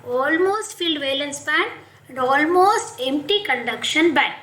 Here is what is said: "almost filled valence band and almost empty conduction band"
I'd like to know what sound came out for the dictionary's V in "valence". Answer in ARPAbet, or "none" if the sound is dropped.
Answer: V